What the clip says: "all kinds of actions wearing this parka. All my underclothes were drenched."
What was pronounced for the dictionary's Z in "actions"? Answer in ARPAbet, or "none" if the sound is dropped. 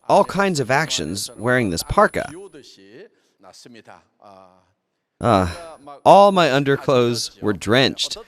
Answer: Z